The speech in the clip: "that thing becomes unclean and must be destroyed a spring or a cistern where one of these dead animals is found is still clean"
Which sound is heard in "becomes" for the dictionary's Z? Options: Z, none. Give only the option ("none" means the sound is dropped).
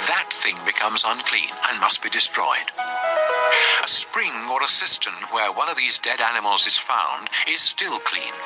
Z